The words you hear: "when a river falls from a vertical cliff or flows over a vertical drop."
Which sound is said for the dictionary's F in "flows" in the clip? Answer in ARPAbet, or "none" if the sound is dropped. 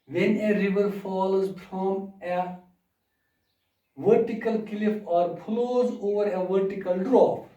P